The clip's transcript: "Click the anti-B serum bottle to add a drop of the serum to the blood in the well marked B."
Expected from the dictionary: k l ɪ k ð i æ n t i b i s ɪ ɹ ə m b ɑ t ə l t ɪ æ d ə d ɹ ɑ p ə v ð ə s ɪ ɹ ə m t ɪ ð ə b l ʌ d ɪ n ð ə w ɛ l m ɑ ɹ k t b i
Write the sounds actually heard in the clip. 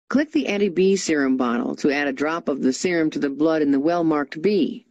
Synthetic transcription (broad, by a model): k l ɪ k ð i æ t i b i s ɪ ɹ ə m b ɑ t l t ɪ æ d ə d ɹ ɑ p ə v ð ə s ɪ ɹ ə m t ɪ ð ə b l ʌ d ɪ n ð ə w ɛ l m ɑ ɹ k t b i